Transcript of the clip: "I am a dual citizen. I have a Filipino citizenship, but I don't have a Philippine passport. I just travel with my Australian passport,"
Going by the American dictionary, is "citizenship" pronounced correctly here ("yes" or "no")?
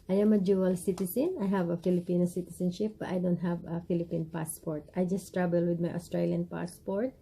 no